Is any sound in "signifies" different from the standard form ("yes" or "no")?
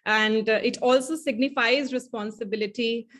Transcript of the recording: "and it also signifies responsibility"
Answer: no